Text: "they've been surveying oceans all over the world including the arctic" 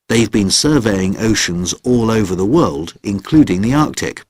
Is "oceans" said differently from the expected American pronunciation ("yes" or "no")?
no